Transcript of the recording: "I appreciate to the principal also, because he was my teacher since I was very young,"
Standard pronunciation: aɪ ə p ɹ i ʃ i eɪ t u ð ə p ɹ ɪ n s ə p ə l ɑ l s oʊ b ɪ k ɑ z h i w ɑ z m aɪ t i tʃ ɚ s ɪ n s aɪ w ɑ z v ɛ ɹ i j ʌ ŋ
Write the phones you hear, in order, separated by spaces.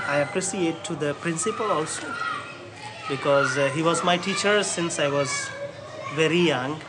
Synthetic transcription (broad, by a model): aɪ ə p ɹ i s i eɪ t u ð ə p ɹ ɪ n s ə p ə l ɑ l s oʊ b ɪ k ɑ z h i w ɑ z m aɪ t i tʃ ɚ s ɪ n s aɪ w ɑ z v ɛ ɹ i j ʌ ŋ